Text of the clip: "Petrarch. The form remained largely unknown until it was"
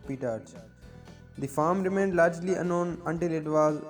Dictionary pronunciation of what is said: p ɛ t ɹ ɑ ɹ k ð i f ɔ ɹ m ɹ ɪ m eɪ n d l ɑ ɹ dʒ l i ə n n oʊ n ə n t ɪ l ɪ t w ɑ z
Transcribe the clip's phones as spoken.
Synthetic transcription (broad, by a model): p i t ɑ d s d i f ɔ ɹ m ɹ ɪ m eɪ n d l ɑ ɹ dʒ l i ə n n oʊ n ə n t ɪ l ɪ t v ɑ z